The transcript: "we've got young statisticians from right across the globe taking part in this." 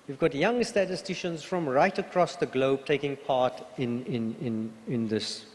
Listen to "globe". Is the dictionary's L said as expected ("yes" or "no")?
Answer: yes